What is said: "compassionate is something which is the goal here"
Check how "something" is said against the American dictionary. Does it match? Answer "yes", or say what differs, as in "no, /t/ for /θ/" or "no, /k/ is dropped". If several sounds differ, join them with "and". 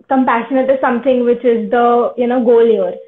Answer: no, /t/ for /θ/